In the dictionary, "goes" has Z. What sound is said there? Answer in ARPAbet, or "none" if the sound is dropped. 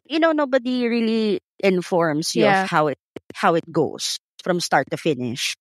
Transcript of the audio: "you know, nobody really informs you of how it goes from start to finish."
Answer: S